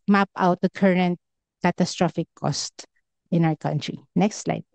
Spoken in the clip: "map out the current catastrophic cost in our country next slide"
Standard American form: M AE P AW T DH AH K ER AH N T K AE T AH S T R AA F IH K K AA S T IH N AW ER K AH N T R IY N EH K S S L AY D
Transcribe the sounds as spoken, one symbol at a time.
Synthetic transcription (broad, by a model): M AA P AW T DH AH K ER AH N T K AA T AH S T R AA F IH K K AA S T IH N AW ER K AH N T R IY N EH K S S L AY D